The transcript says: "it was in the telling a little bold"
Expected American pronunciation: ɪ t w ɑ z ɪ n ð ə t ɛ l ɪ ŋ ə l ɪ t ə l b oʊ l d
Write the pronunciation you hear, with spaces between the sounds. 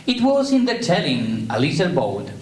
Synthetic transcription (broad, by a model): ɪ t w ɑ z ɪ n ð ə t ɛ l ɪ ŋ ə l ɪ s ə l b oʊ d